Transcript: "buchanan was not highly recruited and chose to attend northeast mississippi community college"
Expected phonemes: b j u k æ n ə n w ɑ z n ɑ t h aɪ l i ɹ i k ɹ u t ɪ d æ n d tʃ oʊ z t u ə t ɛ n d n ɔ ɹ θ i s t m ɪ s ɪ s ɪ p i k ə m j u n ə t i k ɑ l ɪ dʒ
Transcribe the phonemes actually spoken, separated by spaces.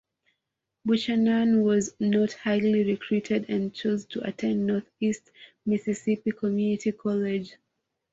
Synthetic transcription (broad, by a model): b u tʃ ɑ n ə n w ɑ z n ɑ t h aɪ l i ɹ i k ɹ u t ɪ d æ n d tʃ oʊ z t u ə t ɛ n d n ɔ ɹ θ i s t m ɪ s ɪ s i p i k ə m j u n ə t i k ɑ l ɪ dʒ